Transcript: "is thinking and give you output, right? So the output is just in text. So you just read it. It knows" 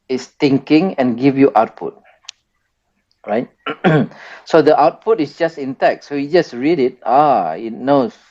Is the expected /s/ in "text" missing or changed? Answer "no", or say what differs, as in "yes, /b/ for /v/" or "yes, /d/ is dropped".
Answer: yes, /s/ is dropped